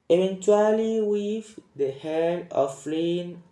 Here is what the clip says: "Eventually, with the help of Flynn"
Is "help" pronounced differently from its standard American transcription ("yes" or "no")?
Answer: yes